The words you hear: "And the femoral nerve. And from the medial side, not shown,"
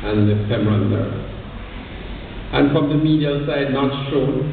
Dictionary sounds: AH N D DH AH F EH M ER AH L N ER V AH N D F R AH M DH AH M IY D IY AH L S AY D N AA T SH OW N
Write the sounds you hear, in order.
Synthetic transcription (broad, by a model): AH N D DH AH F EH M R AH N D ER AH N F R AH M DH AH M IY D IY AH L S AY D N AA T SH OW